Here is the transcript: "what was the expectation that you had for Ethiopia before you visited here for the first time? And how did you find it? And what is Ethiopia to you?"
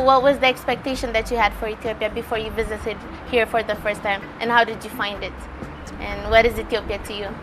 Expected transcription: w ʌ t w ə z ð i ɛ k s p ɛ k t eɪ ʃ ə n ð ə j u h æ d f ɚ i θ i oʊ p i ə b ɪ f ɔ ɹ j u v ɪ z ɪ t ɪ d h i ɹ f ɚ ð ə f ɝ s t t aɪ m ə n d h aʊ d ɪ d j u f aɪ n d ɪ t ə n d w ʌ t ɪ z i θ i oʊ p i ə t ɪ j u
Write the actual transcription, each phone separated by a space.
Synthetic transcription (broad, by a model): w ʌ t w ə z ð i ɛ k s p ɛ k t eɪ ʃ ə n ð ə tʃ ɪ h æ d f ɚ i θ i oʊ p i ə b ɪ f ɔ ɹ j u v ɪ z ɪ t ɪ d h i ɹ f ɚ ð ə f ɝ s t t aɪ m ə n h aʊ d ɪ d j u f aɪ n d ɪ t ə n w ʌ t ɪ z i θ i oʊ p i ə t ɪ j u